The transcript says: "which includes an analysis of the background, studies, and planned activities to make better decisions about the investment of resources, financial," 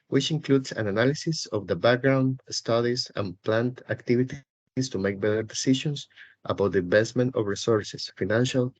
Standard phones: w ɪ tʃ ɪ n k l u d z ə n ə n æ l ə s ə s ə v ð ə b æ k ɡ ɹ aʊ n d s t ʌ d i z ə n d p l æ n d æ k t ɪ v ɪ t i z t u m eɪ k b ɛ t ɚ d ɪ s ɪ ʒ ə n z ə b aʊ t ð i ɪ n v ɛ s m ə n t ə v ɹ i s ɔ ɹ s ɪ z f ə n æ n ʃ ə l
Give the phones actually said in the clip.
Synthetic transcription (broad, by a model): w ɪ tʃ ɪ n k l u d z ə n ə n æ l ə s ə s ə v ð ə b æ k ɡ ɹ aʊ n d s t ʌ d i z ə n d p l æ n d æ k t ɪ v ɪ t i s t u m eɪ k b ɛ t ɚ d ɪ s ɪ ʃ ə n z ə b aʊ t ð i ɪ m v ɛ s m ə n t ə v ɹ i s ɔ ɹ s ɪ s f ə n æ n ʃ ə l